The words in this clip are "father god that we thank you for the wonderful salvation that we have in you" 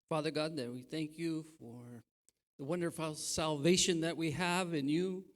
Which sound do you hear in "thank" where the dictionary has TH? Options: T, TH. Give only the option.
TH